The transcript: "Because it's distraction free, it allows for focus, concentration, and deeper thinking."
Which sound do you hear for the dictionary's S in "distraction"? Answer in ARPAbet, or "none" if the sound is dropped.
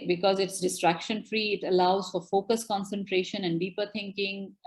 S